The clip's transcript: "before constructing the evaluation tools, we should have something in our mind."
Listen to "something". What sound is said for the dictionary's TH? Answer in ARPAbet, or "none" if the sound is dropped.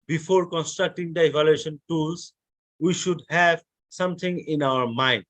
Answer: T